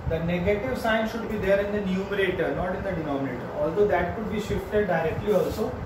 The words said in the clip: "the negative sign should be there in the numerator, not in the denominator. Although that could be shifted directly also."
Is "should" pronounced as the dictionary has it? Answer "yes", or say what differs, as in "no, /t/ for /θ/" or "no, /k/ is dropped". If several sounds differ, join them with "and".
yes